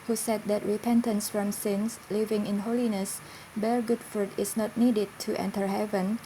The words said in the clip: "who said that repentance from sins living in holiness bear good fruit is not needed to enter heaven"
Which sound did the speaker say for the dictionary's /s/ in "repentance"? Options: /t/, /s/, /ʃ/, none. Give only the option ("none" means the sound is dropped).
/s/